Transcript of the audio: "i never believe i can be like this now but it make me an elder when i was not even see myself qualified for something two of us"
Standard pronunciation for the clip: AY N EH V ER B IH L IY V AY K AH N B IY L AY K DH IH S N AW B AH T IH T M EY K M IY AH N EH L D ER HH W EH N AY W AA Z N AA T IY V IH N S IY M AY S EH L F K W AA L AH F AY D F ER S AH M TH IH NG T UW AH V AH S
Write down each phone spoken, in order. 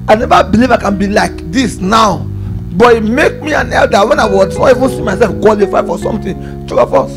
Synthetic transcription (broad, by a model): AY N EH V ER B IH L IY V AY K AH N B IY L AY K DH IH S N AW B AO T IH T M EY K M IY AH N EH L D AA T W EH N AY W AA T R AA IY V IH N S IY M AY S EH L F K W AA L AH F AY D F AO S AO M T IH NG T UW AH F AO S